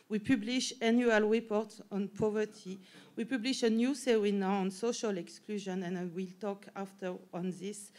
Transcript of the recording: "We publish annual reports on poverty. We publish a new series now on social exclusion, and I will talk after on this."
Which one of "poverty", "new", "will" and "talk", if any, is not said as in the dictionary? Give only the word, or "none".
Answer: none